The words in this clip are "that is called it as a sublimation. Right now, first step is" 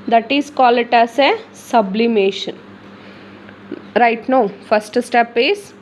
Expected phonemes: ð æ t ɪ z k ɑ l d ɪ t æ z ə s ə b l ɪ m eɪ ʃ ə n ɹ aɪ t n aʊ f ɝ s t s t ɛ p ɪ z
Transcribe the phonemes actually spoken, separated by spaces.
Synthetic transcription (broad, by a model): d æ t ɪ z k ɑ l ɪ t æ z ə s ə b l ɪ m eɪ ʃ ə n ɹ aɪ t n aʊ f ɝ s t s t ɛ p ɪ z